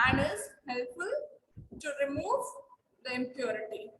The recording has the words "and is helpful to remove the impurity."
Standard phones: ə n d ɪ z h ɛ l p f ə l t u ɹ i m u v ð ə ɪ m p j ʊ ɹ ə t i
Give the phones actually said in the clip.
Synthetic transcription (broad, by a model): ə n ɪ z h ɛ l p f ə l t u ɹ i m u v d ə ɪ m p j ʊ ɹ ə t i